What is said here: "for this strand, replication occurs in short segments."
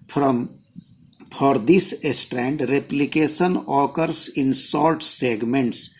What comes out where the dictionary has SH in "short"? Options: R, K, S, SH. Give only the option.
S